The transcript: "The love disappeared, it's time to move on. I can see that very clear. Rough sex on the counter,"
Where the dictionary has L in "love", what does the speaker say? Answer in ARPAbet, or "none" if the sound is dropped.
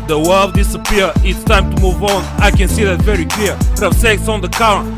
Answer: W